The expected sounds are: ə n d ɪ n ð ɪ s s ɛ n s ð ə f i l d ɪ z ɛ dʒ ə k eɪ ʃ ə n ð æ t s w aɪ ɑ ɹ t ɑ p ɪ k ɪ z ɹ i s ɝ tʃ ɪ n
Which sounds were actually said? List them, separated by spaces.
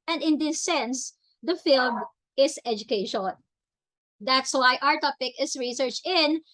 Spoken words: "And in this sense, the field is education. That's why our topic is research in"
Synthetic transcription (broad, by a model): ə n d ɪ n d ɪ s s ɛ n s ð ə f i l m ɪ s ɛ dʒ ə k eɪ ʃ ə n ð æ t s w aɪ ɑ ɹ t ɑ p ɪ k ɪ s ɹ i s ɝ tʃ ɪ n